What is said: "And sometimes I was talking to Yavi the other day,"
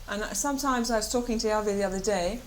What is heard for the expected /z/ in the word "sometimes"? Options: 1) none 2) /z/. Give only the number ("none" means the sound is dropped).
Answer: 2